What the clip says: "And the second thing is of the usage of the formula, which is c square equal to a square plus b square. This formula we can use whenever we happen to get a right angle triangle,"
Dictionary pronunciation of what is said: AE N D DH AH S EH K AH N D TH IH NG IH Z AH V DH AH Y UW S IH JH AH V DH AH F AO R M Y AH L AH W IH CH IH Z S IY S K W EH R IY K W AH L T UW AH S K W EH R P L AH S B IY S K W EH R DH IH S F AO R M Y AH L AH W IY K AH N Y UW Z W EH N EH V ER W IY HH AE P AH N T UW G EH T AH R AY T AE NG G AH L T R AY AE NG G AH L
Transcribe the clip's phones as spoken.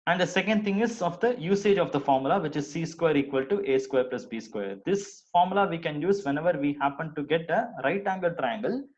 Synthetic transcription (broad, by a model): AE N D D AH S EH K AH N D T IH NG IH Z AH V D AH Y UW S IH JH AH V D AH F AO R M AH L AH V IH CH IH Z S IY S K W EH R IY K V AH L T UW AH S K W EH R P L AH S B IY S K W EH R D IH S F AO R M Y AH L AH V IY K AH N Y UW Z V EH N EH V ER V IY HH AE P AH N T UW G EH T AH R AY T AE NG G AH L T R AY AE NG G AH L